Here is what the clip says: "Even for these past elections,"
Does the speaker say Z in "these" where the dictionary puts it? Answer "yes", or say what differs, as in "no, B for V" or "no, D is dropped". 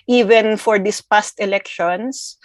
no, S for Z